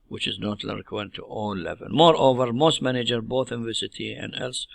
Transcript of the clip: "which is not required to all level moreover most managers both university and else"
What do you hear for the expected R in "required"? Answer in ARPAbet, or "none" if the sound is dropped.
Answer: L